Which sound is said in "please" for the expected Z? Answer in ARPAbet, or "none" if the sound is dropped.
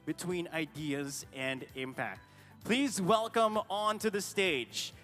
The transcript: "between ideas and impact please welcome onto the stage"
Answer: Z